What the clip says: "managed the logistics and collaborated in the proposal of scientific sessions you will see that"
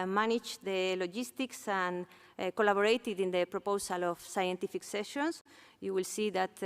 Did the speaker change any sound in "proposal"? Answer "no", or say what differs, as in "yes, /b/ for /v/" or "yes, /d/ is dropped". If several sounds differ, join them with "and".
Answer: yes, /s/ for /z/